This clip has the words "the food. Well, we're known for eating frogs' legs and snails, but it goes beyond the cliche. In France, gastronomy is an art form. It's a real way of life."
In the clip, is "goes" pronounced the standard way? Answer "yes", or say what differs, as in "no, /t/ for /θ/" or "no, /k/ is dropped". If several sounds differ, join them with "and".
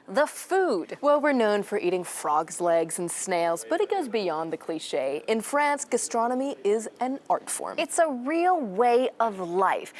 yes